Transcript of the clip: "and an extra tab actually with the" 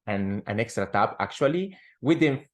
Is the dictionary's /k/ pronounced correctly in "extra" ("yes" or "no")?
yes